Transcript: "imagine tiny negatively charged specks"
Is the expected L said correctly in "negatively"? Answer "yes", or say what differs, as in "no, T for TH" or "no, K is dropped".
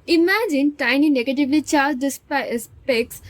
yes